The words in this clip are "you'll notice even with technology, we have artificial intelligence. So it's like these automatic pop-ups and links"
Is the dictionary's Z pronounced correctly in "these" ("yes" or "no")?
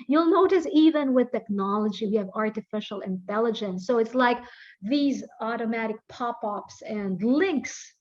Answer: yes